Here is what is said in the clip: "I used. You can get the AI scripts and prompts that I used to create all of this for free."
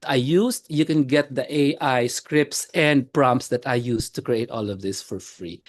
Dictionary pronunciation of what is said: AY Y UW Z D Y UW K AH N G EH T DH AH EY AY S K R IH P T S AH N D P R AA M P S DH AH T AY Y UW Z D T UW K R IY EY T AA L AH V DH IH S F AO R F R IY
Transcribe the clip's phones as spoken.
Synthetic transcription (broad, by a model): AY Y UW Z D Y UW K AH N G EH T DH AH EY AY S K R IH P T S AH N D P R AA M P S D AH T AY Y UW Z T UW K R IY EY T AA L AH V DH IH S F AO R F R IY